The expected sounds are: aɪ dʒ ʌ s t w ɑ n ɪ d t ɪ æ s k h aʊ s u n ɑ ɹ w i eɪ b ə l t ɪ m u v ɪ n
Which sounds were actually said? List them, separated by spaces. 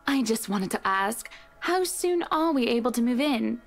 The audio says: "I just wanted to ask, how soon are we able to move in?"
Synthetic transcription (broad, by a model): aɪ dʒ ʌ s t w ɑ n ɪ d t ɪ æ s k h aʊ s u n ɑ l w i eɪ b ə l t ɪ m u v ɪ n